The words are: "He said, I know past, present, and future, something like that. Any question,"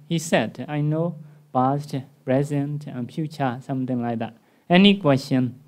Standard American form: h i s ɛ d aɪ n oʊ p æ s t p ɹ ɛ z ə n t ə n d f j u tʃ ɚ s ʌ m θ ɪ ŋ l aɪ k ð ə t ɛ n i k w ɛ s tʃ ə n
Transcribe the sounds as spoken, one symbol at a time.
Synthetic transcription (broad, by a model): h i s ɛ d aɪ n oʊ b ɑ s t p ɹ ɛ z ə n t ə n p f j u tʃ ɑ s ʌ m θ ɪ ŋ l aɪ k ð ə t ɛ n i k w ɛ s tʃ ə n